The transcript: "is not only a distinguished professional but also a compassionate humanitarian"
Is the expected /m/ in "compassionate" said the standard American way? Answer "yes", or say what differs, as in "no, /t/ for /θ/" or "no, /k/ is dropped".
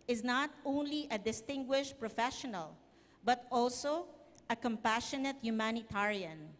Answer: yes